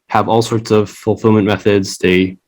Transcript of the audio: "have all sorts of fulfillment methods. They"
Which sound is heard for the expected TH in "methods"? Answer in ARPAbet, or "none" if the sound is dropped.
TH